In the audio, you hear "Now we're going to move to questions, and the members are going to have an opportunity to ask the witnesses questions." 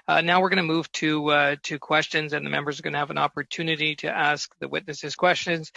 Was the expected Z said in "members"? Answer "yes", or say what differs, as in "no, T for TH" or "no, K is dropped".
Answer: yes